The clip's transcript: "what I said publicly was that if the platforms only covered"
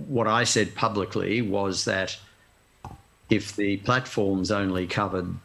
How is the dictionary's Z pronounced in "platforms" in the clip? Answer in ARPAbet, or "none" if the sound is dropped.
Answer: Z